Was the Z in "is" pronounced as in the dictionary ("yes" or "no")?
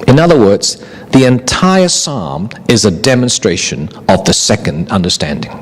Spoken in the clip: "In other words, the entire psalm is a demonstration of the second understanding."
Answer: yes